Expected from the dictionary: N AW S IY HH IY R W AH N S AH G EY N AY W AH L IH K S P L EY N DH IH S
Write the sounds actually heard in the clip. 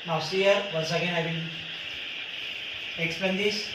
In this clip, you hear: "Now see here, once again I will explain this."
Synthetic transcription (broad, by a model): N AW S IY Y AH R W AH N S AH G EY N AY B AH N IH K S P EY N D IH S